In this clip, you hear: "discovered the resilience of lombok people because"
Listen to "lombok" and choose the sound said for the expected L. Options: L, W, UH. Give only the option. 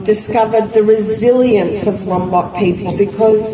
W